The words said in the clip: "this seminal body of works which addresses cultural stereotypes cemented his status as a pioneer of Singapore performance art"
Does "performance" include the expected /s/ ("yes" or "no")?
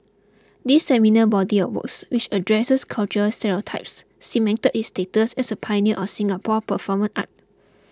no